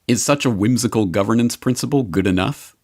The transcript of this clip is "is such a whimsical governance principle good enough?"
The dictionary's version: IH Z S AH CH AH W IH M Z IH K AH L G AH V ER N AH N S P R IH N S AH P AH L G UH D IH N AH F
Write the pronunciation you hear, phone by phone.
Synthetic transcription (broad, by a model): IH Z S AH CH AH W IH M Z IH K AH L G AH V ER N AH N S P R IH N S AH P AH L G UH D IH N AH F